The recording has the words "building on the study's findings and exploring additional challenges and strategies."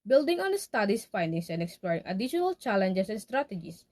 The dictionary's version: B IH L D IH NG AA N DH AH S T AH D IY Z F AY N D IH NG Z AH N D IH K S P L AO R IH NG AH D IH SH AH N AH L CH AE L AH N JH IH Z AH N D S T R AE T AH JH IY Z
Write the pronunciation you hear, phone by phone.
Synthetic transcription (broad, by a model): B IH L D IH NG AA N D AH S T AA D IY S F AY N D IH NG S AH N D IH K S P L AO R IH NG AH D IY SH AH N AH L CH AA L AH N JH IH S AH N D S T R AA T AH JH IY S